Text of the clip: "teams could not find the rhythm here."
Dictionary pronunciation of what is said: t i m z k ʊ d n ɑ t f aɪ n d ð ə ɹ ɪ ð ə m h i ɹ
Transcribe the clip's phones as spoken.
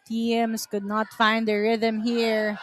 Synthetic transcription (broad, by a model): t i m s k ʊ d n ɑ t f aɪ n d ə ɹ ɪ ð ə m h i ɹ